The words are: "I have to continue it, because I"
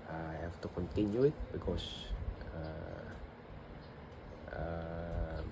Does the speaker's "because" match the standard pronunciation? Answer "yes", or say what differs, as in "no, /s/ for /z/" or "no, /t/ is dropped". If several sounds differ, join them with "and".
no, /s/ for /z/